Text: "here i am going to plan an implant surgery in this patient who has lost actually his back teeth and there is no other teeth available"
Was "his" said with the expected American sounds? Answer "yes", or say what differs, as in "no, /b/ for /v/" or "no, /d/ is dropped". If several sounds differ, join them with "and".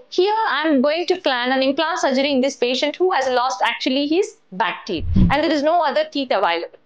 yes